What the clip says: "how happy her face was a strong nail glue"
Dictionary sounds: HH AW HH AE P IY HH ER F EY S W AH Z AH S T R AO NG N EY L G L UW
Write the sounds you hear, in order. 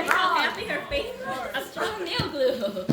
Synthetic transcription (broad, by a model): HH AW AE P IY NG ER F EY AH S AH S T R AO NG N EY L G L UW